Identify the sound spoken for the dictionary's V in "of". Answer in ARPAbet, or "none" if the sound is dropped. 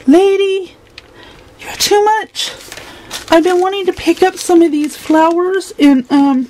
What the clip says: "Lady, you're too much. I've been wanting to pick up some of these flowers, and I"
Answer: V